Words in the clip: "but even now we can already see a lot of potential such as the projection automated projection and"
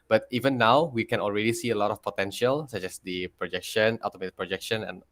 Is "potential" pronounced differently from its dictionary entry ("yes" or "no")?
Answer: no